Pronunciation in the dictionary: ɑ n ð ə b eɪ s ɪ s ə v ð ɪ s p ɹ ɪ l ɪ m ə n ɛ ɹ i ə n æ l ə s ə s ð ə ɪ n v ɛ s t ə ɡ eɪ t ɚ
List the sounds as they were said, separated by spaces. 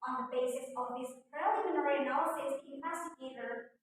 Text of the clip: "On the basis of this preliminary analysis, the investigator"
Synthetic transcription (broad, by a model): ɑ n ð ə b eɪ s ɪ s ə v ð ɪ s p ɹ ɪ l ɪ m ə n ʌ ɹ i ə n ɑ ə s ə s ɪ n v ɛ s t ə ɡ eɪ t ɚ